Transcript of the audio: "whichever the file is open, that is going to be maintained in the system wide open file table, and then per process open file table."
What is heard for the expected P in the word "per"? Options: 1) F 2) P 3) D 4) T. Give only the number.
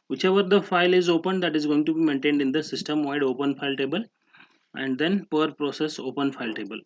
2